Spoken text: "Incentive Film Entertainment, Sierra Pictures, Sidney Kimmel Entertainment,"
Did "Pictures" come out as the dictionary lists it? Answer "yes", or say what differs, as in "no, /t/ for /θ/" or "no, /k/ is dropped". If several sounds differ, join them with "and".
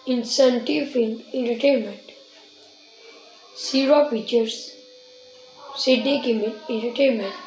no, /k/ is dropped